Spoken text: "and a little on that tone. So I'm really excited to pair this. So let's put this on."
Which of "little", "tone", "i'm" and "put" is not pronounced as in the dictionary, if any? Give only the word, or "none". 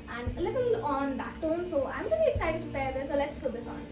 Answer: put